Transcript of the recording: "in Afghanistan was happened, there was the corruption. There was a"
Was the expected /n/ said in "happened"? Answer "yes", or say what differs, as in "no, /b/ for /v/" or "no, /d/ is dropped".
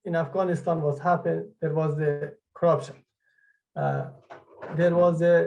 no, /n/ is dropped